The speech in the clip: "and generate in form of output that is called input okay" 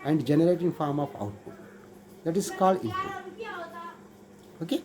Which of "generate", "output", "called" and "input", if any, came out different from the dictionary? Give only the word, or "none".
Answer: input